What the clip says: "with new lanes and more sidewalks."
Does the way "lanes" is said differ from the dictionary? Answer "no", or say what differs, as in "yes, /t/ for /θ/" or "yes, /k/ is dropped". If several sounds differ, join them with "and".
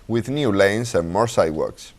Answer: yes, /s/ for /z/